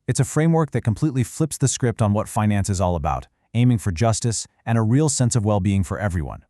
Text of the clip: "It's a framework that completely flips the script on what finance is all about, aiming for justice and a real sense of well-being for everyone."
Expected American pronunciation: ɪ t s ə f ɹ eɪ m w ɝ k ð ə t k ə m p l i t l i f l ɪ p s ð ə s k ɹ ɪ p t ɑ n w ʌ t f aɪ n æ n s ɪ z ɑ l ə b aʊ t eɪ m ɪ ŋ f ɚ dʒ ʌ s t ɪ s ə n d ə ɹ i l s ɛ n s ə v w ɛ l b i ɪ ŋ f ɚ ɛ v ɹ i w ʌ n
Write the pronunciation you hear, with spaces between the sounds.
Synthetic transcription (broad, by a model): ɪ t s ə f ɹ eɪ m w ɝ k ð ə t k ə m p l i t l i f l ɪ p s ð ə s k ɹ ɪ p t n w ʌ t f aɪ n æ n s ɪ z ɑ l ə b aʊ t eɪ m ɪ ŋ f ɚ dʒ ʌ s t ɪ s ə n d ə ɹ i l s ɛ n s ə v w ɛ l b i ɪ ŋ f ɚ ɛ v ɹ i w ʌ n